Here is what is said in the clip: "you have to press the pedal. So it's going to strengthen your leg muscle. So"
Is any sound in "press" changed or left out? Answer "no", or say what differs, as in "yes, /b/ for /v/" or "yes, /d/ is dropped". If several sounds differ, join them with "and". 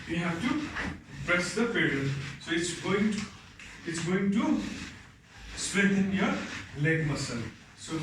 yes, /b/ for /p/